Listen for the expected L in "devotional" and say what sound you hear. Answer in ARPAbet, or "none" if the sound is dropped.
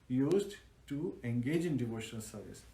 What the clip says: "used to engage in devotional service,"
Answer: L